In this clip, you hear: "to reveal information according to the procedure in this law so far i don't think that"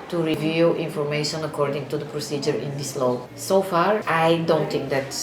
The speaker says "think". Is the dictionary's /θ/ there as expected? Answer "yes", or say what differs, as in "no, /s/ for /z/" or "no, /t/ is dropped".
no, /t/ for /θ/